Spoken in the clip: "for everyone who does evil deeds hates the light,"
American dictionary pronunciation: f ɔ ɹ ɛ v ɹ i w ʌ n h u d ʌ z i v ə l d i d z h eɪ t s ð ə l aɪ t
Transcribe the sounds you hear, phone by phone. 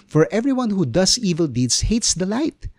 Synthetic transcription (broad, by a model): f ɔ ɹ ɛ v ɹ i w ʌ n h u d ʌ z i v ə l d i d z h eɪ t s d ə l aɪ t